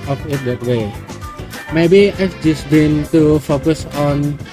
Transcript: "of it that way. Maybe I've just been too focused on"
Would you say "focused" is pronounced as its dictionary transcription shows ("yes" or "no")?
no